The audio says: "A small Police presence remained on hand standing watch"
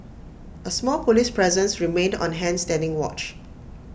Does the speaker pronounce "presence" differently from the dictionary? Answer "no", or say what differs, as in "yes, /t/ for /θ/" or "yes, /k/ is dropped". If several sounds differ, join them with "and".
no